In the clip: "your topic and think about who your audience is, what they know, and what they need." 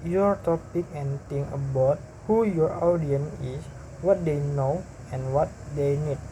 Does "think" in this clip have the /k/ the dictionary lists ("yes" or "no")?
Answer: no